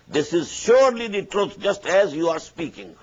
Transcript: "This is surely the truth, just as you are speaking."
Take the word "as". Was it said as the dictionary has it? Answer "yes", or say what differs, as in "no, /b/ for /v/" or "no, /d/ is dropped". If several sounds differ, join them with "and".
yes